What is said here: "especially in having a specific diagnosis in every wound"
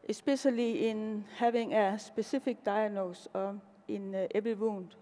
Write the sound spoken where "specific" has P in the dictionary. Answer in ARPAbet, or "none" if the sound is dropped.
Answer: B